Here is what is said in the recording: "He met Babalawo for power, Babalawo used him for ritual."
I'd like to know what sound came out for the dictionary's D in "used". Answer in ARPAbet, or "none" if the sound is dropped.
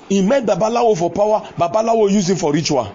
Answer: none